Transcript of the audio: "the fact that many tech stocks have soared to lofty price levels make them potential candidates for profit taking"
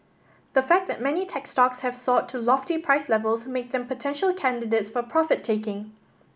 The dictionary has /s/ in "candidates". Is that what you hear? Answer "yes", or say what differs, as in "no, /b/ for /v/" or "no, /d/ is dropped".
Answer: yes